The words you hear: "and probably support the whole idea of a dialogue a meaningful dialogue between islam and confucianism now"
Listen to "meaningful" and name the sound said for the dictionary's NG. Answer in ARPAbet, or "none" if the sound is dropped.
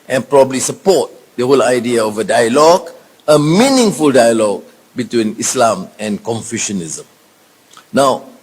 NG